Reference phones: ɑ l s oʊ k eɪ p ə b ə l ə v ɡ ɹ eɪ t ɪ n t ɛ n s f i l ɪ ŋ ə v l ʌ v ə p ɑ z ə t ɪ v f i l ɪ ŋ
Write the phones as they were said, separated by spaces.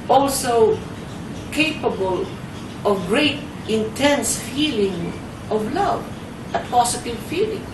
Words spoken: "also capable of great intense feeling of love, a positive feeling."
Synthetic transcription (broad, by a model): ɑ l s oʊ k eɪ p ə b ə l ə v ɡ ɹ eɪ t ɪ n t ɛ n s f i l ɪ ŋ ə v l ʌ v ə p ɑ s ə t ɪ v f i l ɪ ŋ